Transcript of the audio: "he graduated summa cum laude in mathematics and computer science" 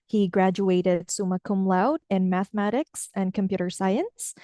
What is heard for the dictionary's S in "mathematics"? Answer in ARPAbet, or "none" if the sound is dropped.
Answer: S